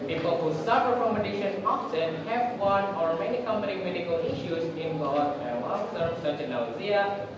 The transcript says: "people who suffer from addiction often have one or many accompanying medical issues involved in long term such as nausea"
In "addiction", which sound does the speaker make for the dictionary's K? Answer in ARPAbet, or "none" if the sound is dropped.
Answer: none